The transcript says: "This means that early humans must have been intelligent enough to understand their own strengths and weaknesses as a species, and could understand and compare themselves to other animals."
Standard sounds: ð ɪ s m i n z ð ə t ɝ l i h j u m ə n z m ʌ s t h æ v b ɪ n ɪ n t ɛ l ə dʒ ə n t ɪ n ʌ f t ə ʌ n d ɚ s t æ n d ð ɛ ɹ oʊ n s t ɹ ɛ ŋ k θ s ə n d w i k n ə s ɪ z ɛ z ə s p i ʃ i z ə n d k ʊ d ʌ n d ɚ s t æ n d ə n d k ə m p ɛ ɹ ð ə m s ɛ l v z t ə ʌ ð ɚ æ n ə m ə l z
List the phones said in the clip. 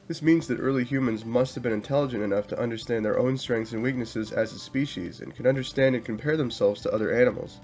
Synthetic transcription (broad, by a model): ð ɪ s m i n z ð ə t ɝ l i h j u m ə n z m ʌ s t h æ v b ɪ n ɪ n t ɛ l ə dʒ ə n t ɪ n ʌ f t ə ʌ n d ɚ s t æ n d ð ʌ ɹ oʊ n s t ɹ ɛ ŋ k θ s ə n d w i k n ə s ɪ z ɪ z ə s p i ʃ i z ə n k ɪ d ʌ n d ɚ s t æ n d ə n k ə m p ɛ ɹ ð ə m s ɛ l v z t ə ʌ ð ɚ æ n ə m l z